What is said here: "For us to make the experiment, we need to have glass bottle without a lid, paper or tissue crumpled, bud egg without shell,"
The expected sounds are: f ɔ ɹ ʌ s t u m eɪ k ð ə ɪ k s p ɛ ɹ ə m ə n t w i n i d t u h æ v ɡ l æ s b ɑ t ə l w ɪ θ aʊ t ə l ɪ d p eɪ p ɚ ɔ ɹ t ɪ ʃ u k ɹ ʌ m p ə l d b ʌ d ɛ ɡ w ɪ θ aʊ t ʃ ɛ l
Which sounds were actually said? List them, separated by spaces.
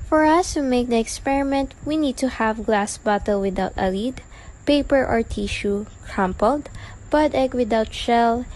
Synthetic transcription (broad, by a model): f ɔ ɹ ʌ s t u m eɪ k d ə ɪ k s p ɛ ɹ ə m ə n t w i n i d t u h æ v ɡ l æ s b ɑ t ə l w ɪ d aʊ t ə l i d p eɪ p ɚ ɔ ɹ t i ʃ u k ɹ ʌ m p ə l d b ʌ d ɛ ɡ w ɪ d aʊ t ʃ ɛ l